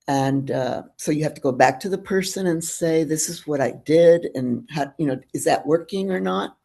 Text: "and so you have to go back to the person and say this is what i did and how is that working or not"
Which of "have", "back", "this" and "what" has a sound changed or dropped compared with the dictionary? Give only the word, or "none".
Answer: have